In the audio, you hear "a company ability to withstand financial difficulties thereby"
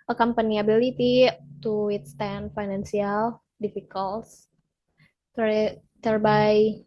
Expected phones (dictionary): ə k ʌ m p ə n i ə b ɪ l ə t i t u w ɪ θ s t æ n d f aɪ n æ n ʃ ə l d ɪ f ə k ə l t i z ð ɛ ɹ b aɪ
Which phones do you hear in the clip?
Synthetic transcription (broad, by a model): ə k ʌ m p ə n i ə b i l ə t i t u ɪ t s t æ n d f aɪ n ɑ n s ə l d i f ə k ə l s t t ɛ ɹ b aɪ